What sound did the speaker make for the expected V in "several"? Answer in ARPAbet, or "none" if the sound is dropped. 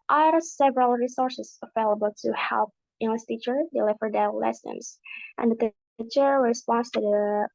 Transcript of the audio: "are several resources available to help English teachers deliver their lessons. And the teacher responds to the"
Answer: V